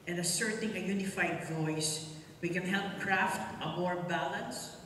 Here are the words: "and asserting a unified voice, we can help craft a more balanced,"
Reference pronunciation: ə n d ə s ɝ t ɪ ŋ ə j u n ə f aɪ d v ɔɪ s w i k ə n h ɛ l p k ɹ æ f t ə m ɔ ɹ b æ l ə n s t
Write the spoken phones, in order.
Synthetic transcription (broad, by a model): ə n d ə s ɝ t ɪ ŋ ə j u n ə f aɪ d v ɔɪ s w i k ə n h ɛ l p k ɹ æ f t ə m ɔ ɹ b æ l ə n s